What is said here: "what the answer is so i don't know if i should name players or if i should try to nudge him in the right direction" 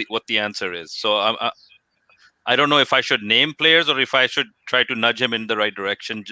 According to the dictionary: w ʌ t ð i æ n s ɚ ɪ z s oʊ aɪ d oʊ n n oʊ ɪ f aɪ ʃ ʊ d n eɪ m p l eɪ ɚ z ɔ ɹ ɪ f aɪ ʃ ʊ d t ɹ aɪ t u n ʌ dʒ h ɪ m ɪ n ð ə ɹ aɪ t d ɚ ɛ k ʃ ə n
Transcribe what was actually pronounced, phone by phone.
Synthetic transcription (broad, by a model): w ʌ t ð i æ n s ɚ ɪ z s oʊ aɪ d oʊ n n oʊ ɪ f aɪ ʃ ʊ d n eɪ m p l eɪ ɚ z ɔ ɹ ɪ f aɪ ʃ ʊ d t ɹ aɪ t u n ʌ dʒ h ɪ m ɪ n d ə ɹ aɪ t d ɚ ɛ k ʃ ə n